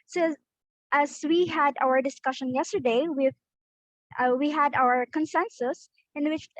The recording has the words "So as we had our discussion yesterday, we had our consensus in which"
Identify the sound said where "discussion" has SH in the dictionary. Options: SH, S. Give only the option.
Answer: SH